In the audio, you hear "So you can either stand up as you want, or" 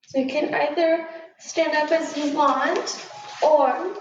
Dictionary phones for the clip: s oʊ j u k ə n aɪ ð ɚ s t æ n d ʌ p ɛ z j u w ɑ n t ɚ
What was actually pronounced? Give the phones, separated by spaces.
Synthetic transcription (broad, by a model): s oʊ j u k ə n aɪ ð ɚ s t æ n d ʌ p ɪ z j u w ɑ n t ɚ